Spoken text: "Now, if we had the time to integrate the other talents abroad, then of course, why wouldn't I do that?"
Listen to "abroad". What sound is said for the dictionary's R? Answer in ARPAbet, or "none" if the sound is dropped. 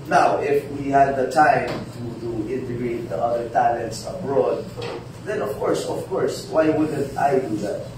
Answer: R